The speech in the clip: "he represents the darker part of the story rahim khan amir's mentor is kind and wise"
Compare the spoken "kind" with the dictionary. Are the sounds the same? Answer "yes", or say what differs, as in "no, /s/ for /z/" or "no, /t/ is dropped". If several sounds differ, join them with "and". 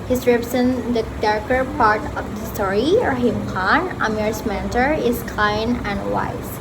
no, /d/ is dropped